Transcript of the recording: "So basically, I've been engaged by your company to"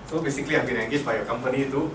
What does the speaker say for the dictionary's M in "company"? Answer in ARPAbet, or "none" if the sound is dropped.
M